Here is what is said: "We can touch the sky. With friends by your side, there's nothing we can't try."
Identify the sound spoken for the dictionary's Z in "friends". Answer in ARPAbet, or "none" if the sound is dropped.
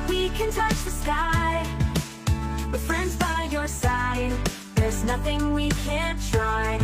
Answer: Z